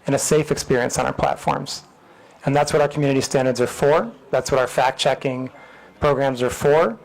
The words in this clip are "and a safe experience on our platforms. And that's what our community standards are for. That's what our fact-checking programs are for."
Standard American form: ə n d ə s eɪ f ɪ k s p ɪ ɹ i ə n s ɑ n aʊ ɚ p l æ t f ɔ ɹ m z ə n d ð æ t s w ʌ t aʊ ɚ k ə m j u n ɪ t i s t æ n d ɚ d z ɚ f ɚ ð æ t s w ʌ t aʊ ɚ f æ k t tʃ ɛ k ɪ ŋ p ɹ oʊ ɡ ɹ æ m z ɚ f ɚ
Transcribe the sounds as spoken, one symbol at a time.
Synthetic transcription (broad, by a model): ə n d ə s eɪ f ɪ k s p ɪ ɹ i ə n s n aʊ ɚ p l æ t f ɔ ɹ m z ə n ð æ t s w ʌ t aʊ ɚ k m j u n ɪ t i s t æ n d ɚ d z ɚ f ɚ ð æ t s w ʌ t aʊ ɚ f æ k tʃ ɛ k ɪ ŋ p ɹ oʊ ɡ ɹ æ m z ɚ f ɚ